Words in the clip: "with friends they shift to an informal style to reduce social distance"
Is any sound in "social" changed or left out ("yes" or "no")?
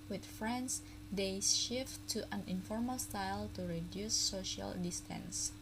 no